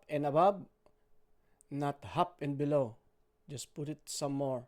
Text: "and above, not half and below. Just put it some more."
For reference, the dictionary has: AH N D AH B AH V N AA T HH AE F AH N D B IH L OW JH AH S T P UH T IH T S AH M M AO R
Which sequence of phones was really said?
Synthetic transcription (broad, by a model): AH N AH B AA B N AA T HH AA P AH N B IH L OW JH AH S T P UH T IH T S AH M M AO R